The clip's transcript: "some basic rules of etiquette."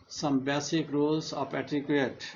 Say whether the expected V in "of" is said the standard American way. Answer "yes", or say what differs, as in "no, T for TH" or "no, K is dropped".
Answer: no, P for V